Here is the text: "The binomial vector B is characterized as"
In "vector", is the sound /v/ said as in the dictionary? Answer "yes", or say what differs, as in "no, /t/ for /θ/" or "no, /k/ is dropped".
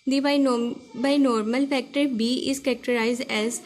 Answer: no, /f/ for /v/